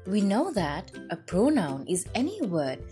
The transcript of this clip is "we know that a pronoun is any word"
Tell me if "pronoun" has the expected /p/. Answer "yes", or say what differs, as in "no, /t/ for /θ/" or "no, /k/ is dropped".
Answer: yes